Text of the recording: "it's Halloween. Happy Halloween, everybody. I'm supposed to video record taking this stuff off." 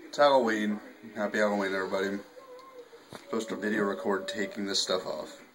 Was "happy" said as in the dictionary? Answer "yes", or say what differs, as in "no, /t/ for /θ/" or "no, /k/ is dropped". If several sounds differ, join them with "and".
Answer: no, /b/ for /p/